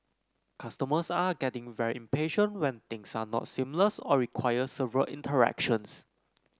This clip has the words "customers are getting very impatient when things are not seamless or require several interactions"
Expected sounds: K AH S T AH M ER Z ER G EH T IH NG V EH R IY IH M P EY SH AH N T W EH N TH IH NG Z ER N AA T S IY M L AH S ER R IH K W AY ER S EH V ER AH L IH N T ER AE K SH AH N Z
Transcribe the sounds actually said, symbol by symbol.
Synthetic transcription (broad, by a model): K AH S T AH M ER S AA G EH T IH NG V EH R IY IH M P EY SH AH N T W EH N T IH NG S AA N AA T S IY M L AH S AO R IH K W AY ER S EH V ER AH L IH N T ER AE K SH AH N S